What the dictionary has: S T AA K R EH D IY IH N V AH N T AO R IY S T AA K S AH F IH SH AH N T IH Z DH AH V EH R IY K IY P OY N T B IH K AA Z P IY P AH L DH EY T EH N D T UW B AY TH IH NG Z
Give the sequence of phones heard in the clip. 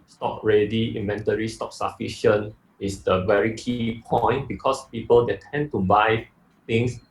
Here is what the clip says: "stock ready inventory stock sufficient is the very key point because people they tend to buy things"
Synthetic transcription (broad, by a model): S T AA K R EH D IY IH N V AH N T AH R IY S T AA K S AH F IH SH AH N IH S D AH V EH R IY K IY P OY N T B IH K AA S P IY P AH L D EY T EH N T UW B AY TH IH NG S